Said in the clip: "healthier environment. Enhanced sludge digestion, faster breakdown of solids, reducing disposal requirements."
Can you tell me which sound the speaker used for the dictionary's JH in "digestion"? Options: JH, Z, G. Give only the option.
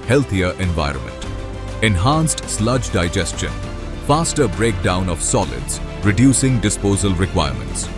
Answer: JH